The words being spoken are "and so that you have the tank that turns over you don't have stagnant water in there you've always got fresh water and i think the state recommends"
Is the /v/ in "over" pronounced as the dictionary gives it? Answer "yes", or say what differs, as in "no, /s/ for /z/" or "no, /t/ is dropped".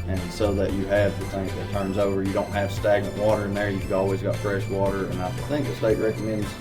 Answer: yes